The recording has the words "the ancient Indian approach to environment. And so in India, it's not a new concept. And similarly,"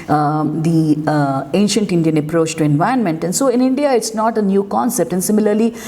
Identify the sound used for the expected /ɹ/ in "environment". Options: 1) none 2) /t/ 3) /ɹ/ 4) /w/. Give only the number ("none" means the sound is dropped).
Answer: 1